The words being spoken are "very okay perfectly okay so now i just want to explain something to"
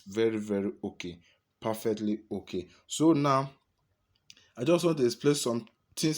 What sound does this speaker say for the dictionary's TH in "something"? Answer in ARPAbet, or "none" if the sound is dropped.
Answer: T